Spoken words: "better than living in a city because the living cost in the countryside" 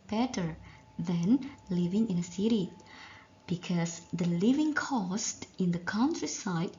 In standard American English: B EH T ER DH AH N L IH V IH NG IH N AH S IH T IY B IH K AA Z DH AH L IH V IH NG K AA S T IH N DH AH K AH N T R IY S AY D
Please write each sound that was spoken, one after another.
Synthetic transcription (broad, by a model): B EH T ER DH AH N L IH V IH NG IH N AH S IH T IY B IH K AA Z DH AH L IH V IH NG K AA S T IH N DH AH K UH N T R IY S AY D